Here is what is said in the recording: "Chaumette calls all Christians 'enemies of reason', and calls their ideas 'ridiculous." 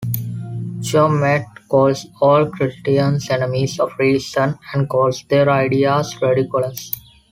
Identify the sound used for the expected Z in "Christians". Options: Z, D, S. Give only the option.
S